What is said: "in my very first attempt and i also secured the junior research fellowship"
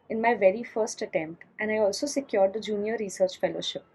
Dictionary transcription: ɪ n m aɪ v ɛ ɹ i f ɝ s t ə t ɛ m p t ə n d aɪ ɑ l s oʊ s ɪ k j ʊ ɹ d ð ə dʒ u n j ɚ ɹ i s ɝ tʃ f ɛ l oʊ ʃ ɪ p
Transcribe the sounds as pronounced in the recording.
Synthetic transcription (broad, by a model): ɪ n m aɪ v ɛ ɹ i f ɝ s t ə t ɛ m p t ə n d aɪ ɑ l s oʊ s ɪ k j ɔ ɹ d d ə dʒ u n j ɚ ɹ i s ɝ tʃ f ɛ l oʊ ʃ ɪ p